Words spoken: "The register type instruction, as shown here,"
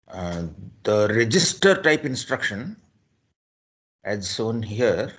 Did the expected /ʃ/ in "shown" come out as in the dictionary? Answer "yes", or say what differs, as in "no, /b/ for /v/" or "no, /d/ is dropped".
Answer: no, /s/ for /ʃ/